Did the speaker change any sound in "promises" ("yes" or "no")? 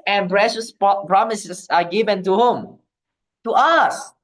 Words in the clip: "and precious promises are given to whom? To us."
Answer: yes